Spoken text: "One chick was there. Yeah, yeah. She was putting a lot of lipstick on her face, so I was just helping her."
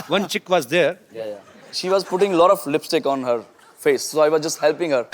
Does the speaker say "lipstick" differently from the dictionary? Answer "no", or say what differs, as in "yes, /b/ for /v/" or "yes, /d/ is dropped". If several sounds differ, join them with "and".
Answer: no